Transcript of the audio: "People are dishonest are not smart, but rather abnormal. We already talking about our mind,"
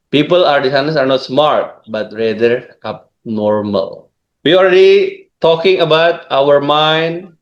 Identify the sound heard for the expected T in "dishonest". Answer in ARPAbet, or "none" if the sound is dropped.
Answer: none